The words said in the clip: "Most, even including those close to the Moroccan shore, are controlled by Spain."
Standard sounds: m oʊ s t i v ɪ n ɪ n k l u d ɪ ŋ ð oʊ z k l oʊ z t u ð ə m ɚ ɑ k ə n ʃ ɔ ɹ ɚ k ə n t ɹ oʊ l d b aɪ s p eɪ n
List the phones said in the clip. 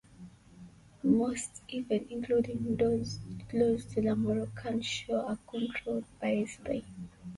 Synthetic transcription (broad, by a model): m oʊ s t i v ɪ n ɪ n k l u d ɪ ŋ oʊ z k l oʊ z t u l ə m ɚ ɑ k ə n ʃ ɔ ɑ k ə n t ɹ oʊ l d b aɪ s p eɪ